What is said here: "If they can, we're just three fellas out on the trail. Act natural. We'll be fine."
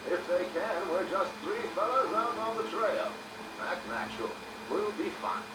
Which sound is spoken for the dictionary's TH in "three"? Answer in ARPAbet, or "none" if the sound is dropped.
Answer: TH